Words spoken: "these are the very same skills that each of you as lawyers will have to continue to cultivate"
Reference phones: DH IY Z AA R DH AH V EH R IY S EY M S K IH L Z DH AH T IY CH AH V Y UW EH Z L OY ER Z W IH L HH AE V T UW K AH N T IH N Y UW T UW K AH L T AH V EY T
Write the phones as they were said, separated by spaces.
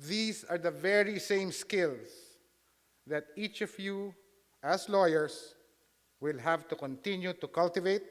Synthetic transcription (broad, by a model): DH IY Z AA R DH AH V EH R IY S EY M S K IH L S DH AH T IY CH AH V Y UW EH S L OY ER S W IH L HH AE V T UW K AH N T IH N Y UW T UW K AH L T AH V EY T